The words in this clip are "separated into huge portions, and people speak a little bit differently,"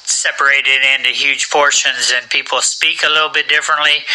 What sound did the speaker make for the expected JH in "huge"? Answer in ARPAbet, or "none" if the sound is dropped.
ZH